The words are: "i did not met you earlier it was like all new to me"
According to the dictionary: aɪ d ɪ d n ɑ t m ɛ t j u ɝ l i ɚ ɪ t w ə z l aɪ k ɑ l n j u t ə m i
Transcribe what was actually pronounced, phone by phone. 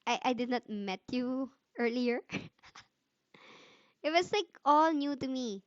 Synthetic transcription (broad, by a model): aɪ d ɪ d n ɑ t m ɛ t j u ɝ l i ɚ ɪ t w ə s l aɪ k ɑ l n j u t ə m i